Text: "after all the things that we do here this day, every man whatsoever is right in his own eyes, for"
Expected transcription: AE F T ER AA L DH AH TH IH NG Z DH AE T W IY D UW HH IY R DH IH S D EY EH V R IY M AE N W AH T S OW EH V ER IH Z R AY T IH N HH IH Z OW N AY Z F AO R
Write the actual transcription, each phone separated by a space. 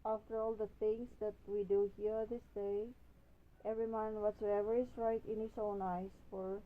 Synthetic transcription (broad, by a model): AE F T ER AA L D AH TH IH NG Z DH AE T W IY D UW HH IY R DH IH S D EY EH V R IY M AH N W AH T S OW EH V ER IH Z R AY T IH N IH S OW N AY S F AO R